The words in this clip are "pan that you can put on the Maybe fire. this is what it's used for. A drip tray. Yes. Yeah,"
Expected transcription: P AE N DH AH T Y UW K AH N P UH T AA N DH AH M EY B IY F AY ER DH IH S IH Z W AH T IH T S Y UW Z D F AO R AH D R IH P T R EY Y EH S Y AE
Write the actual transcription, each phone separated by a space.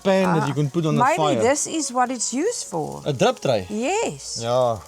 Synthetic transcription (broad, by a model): P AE N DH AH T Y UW K AH N P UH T AA N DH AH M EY IY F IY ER DH IH S IH Z W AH T IH T S Y UW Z F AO L AH D R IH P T R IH Y EH S Y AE